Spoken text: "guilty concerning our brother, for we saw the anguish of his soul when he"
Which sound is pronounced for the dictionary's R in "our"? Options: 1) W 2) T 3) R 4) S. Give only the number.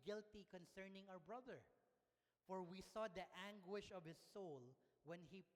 1